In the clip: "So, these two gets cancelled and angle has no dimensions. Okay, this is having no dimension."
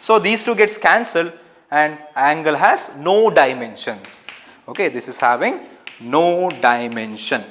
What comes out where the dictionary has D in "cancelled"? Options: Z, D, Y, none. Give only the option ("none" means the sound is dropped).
D